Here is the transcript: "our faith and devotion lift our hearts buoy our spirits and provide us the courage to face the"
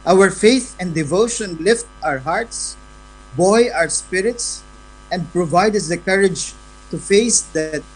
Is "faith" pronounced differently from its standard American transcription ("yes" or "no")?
no